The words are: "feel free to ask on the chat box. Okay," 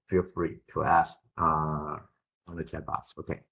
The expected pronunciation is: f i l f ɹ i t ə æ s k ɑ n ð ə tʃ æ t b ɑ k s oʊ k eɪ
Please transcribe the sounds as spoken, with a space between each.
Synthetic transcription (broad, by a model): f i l f ɹ i t ə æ s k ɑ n ð ə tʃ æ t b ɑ s oʊ k eɪ